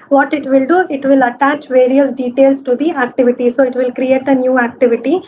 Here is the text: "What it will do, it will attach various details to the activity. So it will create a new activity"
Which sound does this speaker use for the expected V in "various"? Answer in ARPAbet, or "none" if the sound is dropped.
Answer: V